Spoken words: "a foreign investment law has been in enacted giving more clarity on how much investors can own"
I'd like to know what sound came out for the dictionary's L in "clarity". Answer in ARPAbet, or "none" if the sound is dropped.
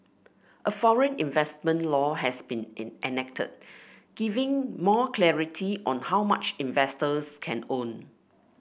L